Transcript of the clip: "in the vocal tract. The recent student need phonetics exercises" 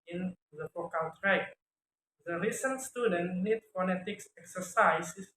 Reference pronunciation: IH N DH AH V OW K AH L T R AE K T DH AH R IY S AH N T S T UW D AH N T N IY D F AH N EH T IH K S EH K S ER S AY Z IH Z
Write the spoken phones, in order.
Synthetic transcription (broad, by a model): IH N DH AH F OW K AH L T R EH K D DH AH R IY S AH N T S T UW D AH N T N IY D F AH N EH T IH K S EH K S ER S AY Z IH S